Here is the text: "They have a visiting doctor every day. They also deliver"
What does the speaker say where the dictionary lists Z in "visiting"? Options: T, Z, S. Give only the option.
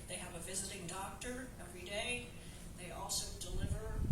Z